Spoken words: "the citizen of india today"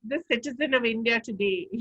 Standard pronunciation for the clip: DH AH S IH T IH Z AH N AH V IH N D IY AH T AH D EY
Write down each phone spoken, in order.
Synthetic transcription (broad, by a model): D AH S IH T IH Z AH N AH V IH N D IY AH T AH D EY